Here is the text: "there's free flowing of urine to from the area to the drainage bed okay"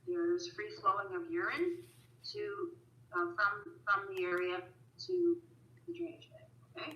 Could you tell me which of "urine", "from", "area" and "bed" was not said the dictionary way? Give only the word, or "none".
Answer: bed